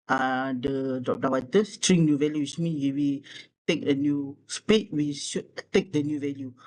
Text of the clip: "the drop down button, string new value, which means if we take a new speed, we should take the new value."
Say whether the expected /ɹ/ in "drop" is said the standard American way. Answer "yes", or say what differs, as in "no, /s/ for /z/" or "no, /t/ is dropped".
no, /ɹ/ is dropped